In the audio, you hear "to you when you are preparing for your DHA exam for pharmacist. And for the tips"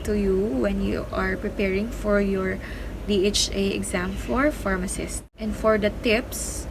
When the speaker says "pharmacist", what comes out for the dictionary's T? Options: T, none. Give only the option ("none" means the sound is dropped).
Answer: T